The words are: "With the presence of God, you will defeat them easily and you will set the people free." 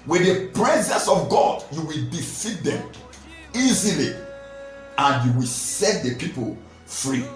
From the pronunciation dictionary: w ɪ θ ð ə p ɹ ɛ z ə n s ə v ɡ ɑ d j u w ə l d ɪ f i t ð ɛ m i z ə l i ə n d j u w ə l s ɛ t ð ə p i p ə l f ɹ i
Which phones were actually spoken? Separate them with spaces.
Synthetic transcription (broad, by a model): w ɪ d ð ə p ɹ ɛ z ə n s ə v ɡ ɑ d j u w ə l d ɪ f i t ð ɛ m i z ə l i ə n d j u w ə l s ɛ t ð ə p i p ə l f ɹ i